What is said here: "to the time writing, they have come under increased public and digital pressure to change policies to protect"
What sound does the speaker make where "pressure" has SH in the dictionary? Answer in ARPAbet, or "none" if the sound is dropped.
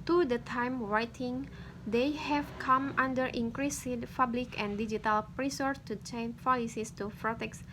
S